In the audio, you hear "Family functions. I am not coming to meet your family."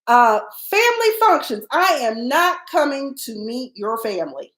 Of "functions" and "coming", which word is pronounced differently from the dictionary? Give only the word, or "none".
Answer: none